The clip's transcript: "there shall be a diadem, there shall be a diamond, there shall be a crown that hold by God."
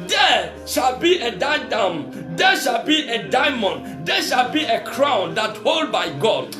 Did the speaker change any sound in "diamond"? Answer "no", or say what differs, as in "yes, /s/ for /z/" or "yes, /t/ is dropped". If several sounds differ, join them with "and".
no